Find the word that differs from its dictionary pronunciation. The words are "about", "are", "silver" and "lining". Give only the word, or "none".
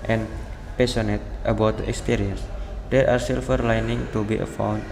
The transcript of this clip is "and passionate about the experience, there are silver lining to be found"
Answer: silver